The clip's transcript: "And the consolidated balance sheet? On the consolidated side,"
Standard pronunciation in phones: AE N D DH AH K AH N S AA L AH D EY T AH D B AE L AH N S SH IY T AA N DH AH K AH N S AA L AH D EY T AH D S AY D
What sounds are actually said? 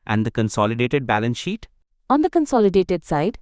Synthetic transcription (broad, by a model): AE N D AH K AH N S AA L AH D EY T AH D B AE L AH N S SH IY T AA N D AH K AH N S AA L AH D EY T AH D S AY D